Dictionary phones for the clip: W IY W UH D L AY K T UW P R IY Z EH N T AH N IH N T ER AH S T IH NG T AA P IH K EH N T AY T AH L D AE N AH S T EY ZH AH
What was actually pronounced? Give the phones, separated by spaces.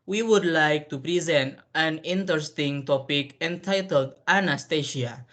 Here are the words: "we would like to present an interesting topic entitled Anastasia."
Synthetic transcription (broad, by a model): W IY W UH D L AY K T UW P R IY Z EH N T AH N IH N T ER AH S T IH NG T AA P IH K EH N T AY T AH L D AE N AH S T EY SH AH